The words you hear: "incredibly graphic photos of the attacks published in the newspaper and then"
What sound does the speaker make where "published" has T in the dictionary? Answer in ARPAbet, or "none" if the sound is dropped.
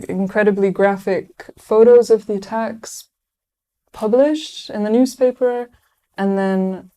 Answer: T